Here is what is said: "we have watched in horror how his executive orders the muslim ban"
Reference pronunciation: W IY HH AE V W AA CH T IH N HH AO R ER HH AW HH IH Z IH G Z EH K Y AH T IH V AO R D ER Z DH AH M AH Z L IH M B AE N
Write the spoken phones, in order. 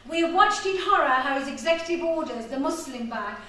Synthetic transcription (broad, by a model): W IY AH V W AA CH T IH N HH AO R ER HH AW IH Z IH G Z EH K Y AH T IH V AO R D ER Z DH AH M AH S L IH M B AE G